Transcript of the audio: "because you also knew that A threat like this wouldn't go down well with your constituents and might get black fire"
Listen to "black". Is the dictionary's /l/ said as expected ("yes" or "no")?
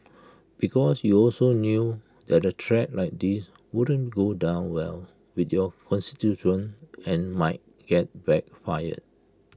no